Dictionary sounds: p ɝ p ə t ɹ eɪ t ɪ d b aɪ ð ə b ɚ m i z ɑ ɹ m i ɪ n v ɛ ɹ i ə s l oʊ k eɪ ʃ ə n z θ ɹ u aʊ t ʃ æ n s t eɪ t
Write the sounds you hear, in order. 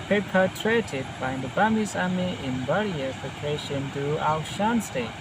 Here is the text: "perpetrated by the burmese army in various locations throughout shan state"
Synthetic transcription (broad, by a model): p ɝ p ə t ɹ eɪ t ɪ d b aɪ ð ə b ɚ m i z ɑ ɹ m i ɪ n b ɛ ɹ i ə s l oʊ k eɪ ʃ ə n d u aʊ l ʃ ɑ n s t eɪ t